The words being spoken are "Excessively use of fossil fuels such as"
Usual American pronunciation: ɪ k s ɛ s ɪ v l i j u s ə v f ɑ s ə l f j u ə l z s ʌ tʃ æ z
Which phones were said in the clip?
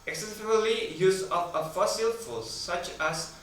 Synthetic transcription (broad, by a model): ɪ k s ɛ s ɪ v l i j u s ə p f ɑ s ə l f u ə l s ʌ tʃ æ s